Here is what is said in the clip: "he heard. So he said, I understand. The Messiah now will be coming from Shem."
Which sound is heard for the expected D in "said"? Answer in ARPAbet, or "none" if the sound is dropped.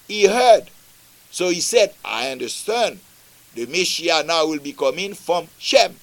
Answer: D